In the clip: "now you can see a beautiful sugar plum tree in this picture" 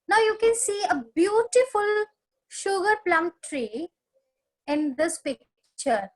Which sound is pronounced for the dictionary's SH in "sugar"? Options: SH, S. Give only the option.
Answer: SH